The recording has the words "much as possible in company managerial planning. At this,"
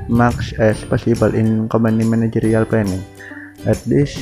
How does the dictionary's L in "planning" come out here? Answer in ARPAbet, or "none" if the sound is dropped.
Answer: none